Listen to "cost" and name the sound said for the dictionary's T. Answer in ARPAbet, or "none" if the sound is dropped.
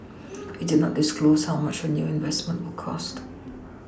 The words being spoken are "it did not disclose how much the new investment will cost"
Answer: T